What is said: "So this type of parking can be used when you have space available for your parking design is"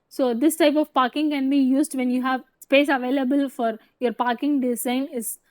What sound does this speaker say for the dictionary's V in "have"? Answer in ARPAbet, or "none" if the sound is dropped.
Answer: V